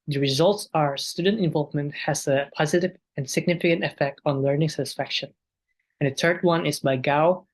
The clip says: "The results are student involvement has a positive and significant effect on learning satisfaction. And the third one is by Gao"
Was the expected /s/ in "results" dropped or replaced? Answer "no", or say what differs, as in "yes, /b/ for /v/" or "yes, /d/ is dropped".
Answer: no